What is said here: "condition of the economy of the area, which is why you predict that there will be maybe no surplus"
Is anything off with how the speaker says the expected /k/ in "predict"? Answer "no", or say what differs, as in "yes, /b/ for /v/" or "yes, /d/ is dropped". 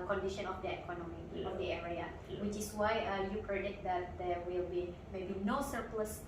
yes, /k/ is dropped